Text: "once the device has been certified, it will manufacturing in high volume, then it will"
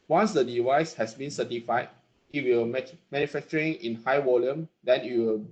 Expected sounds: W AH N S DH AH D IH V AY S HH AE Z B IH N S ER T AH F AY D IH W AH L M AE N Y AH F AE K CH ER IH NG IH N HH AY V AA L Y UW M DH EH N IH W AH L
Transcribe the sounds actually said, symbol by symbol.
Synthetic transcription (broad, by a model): W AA N S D AH D IH V AY S HH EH S B IH N S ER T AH F AY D IH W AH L M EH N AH F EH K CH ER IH NG IH N HH AY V AA L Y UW M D EH N IH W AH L